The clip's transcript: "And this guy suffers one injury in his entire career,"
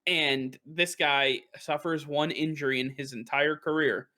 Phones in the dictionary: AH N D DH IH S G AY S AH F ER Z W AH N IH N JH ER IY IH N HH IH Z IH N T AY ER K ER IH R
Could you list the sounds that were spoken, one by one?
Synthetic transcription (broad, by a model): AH N DH IH S G AY S AH F ER Z W AH N IH N JH ER IY IH N IH Z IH N T AY ER K ER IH R